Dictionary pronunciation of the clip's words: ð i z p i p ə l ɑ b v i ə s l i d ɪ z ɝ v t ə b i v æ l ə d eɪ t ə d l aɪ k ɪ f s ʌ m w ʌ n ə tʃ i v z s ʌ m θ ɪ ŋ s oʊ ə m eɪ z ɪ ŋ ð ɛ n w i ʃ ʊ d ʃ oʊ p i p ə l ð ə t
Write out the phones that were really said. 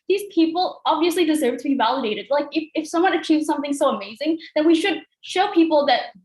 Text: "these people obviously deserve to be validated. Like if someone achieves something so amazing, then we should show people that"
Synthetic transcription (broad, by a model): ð i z p i p l ɑ b v i ə s l i d ɪ z ɝ v t ə b i v æ l ə d eɪ t ə d l aɪ k ɪ f s ʌ m w ʌ n ə tʃ i v z s ʌ m θ ɪ ŋ s oʊ ə m eɪ z ɪ ŋ ð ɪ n w i ʃ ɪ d ʃ oʊ p i p l ð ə t